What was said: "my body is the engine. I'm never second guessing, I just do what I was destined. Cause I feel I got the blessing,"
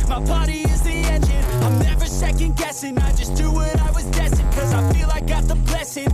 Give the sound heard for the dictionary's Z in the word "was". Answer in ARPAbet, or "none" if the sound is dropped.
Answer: Z